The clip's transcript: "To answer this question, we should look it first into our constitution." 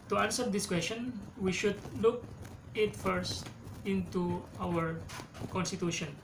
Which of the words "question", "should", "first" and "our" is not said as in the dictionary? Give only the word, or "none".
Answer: none